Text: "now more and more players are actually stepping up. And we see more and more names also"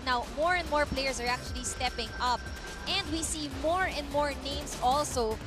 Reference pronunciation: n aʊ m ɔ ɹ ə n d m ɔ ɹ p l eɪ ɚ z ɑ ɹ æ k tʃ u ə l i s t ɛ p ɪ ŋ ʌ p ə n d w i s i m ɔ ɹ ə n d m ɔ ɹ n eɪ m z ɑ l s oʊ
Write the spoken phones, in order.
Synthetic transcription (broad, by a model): n aʊ m ɔ ɹ ə n d m ɔ ɹ p l eɪ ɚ s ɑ ɹ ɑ k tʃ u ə l i s t ɛ p ɪ ŋ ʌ p ə n d w i s i m ɔ ɹ ə n d m ɔ ɹ n eɪ m s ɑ l s oʊ